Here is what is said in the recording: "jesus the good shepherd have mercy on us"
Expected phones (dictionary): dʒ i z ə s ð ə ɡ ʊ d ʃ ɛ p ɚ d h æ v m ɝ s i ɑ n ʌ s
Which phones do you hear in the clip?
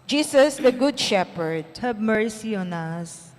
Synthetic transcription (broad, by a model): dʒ i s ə s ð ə ɡ ʊ d ʃ ɛ p ɚ d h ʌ b m ɝ s i ɑ n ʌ s